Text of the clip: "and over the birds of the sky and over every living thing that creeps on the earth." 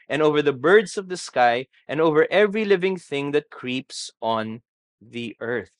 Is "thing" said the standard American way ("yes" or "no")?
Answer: yes